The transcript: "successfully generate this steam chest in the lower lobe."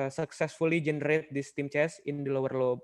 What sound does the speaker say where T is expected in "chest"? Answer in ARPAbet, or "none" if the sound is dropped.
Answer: none